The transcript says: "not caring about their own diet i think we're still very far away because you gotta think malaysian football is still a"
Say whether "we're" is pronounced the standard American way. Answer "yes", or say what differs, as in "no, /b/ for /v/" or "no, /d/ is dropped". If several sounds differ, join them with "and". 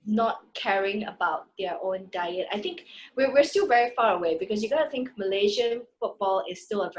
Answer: no, /w/ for /ɹ/